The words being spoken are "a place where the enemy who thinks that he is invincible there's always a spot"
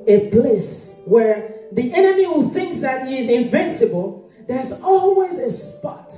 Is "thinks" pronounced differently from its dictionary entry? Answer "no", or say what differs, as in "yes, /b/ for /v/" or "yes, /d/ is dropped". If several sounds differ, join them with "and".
no